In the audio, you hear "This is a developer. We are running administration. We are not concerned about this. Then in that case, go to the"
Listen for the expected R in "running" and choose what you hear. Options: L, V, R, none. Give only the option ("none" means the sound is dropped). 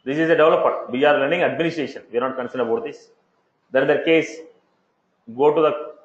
L